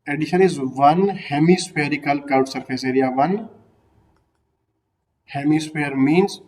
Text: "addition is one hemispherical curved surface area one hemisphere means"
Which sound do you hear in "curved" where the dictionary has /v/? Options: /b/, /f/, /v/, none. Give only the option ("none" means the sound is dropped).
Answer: none